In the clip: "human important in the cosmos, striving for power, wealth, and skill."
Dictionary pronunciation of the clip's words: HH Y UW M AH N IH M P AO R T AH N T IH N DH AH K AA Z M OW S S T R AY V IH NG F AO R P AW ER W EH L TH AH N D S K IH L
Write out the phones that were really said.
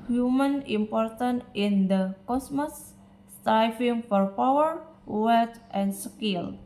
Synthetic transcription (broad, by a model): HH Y UW M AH N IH M P AO R T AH N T IH N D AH K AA S M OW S S T AY F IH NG F AO R P AW ER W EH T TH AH N S K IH L